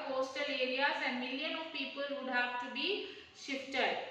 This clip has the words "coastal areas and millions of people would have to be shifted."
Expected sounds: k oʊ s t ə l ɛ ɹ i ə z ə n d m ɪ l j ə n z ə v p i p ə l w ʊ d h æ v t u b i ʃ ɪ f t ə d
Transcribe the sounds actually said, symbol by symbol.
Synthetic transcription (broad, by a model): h oʊ s t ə l ɛ ɹ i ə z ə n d m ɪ l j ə n ə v p i p ə l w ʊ d h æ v t u b i ʃ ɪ f t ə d